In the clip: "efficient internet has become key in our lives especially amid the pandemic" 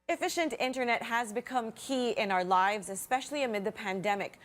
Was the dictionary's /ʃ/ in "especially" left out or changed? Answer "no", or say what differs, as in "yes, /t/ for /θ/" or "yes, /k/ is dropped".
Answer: no